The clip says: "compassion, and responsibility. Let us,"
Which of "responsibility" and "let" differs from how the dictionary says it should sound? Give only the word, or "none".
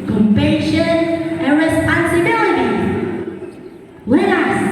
let